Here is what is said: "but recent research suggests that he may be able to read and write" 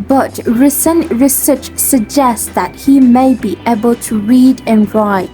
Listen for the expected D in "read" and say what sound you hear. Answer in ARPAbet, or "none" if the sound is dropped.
D